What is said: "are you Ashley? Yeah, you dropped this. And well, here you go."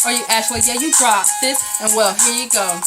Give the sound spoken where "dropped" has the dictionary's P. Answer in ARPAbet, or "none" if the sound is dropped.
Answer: none